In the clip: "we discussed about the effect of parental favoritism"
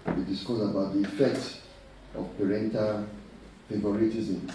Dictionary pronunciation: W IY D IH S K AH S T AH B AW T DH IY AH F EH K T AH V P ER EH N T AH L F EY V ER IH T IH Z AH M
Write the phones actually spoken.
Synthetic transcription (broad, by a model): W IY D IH S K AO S AH B AW T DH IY F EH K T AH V P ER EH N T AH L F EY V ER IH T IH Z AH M